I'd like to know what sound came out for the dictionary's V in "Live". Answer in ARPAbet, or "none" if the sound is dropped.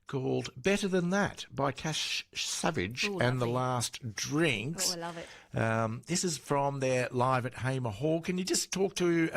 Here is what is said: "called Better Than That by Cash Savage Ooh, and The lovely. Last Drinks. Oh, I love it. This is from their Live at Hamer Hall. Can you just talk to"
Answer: V